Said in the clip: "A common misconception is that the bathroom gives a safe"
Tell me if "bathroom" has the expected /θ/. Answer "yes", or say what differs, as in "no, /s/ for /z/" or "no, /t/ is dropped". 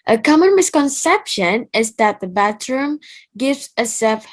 no, /t/ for /θ/